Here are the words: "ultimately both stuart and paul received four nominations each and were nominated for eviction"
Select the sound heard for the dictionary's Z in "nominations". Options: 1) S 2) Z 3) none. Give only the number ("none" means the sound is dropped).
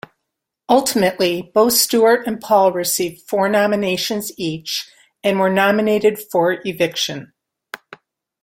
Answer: 2